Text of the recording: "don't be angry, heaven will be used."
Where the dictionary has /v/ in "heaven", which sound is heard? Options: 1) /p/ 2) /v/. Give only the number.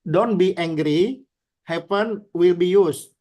1